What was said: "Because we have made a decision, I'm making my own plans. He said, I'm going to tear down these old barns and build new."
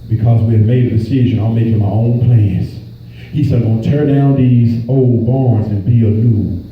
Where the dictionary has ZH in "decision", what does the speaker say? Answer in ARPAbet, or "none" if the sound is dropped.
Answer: ZH